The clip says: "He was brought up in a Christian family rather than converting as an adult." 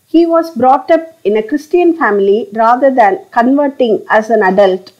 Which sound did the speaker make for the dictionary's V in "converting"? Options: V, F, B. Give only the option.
V